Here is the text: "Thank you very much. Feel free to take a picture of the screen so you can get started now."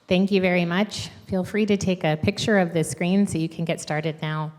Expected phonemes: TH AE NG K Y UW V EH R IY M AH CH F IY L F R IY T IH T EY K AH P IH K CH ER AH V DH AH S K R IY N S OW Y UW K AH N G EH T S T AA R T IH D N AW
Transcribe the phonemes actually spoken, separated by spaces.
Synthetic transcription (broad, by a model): TH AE NG K Y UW V EH R IY M AH CH F IY L F R IY T IH T EY K AH P IH K CH ER AH V DH AH S K R IY N S OW Y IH K AH N G EH T S T AA R T IH D N AW